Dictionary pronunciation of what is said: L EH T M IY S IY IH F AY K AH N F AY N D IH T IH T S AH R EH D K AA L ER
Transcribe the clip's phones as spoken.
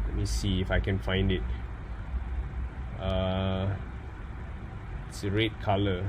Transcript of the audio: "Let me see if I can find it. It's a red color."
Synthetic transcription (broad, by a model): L EH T M IY S IY IH F AY K AH N F AY N D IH T IH T S AH R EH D K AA L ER